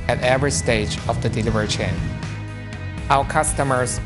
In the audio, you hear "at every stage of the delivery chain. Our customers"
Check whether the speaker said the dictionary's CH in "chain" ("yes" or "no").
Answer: yes